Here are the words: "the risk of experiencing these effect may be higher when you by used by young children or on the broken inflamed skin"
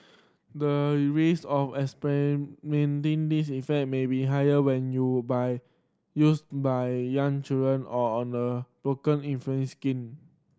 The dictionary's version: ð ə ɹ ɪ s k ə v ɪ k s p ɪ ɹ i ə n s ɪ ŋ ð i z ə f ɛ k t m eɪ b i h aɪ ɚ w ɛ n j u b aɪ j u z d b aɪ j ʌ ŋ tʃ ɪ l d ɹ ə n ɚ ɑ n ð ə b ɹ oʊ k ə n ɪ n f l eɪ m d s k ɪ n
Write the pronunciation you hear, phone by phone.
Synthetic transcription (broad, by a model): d ə ɹ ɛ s ə f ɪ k s p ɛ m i n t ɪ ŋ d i s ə f ɛ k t m eɪ b i h aɪ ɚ w ɛ n j u b aɪ j u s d b aɪ j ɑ ŋ tʃ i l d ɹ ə n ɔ ɑ n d ə b ɹ oʊ k ə n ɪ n f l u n s k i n